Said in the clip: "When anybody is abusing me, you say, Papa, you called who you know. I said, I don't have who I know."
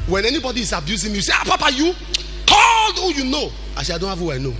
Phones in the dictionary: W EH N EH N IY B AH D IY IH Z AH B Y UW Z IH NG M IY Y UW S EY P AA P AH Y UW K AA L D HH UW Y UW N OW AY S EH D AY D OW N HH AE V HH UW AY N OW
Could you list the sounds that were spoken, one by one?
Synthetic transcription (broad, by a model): W EH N EH N IY B AH D IY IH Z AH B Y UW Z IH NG M IY Y UW S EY P AA P AH Y UW K AA L D HH UW Y UW N OW AY SH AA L D OW N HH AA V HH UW AY N OW